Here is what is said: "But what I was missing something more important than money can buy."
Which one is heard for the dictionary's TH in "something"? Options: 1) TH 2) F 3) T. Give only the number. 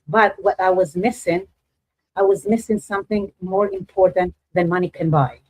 1